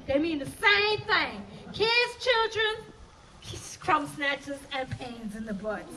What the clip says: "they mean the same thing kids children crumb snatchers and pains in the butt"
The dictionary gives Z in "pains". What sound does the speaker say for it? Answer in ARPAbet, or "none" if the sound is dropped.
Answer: Z